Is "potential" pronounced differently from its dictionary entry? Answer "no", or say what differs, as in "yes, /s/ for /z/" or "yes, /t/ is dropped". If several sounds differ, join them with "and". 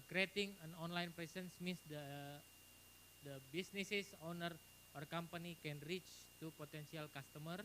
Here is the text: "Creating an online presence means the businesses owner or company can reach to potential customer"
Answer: yes, /s/ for /ʃ/